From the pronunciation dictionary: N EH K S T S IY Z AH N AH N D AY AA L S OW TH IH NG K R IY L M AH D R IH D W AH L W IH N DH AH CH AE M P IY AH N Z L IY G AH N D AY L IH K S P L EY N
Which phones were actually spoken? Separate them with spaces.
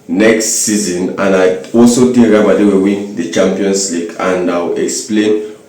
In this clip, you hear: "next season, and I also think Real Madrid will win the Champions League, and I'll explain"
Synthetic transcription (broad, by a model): N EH K S T S IY Z AH N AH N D AY AA L S OW T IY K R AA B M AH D EH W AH W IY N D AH CH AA M P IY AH N S L IY G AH N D AY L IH K S P L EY N